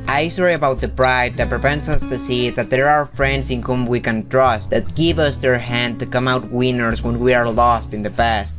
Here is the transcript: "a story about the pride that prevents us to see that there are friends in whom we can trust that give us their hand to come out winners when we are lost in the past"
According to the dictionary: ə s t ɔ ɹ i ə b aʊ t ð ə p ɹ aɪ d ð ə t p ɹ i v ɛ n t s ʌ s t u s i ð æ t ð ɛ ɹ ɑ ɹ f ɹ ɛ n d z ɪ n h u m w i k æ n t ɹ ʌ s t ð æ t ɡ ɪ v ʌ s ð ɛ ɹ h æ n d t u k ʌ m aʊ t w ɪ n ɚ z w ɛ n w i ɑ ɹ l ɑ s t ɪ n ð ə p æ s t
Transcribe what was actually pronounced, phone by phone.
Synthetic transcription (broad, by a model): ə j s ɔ ɹ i ə b aʊ t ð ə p ɹ aɪ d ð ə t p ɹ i p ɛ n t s ʌ s t u s i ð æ t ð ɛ ɹ ɑ ɹ f ɹ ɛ n d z ɪ n h u m w i k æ n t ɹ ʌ s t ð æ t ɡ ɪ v ʌ s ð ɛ ɹ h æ n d t u k ʌ m aʊ t w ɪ n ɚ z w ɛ n w i ɑ ɹ l ɑ s t ɪ n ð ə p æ s t